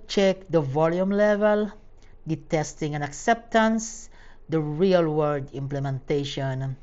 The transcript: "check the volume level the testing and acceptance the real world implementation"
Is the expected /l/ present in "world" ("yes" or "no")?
no